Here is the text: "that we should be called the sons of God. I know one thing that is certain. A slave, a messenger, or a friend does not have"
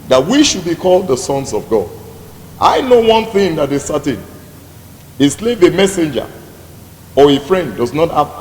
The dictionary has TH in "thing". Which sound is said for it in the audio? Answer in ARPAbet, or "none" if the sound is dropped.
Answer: TH